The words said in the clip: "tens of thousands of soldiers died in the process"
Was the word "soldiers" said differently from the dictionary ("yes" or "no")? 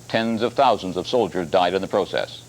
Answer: no